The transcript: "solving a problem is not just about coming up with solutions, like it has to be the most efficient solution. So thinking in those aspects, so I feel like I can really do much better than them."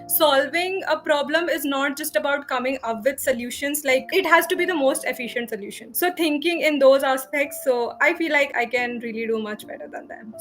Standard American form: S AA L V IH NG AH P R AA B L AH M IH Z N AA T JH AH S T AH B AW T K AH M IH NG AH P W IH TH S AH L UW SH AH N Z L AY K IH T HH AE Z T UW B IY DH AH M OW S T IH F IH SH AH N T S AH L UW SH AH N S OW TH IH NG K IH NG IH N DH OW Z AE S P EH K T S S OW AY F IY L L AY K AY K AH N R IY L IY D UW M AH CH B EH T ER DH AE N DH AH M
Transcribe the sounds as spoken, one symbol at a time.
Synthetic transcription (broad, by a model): S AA L V IH NG AH P R AA B L AH M IH Z N AA T JH AH S T AH B AW T K AH M IH NG AH P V IH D S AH L UW SH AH N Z L AY K IH T HH AE Z T UW B IY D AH M OW S T IH F IH SH AH N T S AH L UW SH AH N S OW T IH NG K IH NG IH N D OW Z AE S P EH K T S S OW AY F IY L L AY K AY K AH N R IY L IY D UW M AH CH B EH T ER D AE N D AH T